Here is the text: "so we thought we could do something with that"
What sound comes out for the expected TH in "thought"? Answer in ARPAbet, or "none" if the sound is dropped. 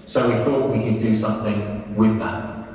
TH